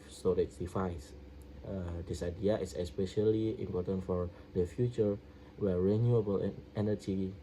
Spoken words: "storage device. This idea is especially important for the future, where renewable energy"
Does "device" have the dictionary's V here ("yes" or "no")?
no